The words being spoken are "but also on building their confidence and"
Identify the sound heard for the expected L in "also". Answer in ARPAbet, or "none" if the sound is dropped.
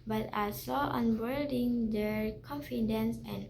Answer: none